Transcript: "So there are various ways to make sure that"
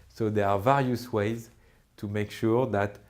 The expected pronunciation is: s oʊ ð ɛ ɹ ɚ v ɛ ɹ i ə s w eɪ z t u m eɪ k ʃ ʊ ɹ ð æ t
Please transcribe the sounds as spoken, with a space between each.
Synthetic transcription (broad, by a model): s oʊ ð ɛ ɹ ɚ v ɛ ɹ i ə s w eɪ z t u m eɪ k ʃ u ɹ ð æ t